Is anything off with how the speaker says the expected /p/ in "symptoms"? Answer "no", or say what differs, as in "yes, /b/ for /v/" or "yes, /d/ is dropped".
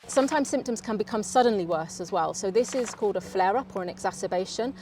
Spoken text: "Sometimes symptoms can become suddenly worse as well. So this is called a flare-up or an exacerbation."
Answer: no